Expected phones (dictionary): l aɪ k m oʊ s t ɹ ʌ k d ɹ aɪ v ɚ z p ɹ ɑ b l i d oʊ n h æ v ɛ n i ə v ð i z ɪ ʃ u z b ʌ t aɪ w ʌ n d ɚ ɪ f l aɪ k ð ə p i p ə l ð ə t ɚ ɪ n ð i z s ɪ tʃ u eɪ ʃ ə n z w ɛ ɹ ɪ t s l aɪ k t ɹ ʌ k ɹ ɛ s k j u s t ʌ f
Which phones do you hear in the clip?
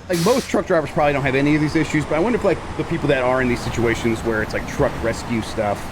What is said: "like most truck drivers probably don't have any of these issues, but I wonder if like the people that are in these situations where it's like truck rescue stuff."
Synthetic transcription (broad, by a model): l aɪ k m oʊ s t ɹ ʌ k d ɹ aɪ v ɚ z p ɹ ɑ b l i d oʊ n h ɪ v ɛ n i ə v ð i z ɪ ʃ u z b ʌ t aɪ w ʌ n d ɚ ɪ f l aɪ k ð ə p i p l ð ə t ɚ ɪ n ð i z s ɪ tʃ u eɪ ʃ ə n z w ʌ ɹ ɪ t s l aɪ k t ɹ ʌ k ɹ ɛ s k j u s t ʌ f